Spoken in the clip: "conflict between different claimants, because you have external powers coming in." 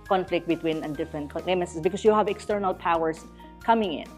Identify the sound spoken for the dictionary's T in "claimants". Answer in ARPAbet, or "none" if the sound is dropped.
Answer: S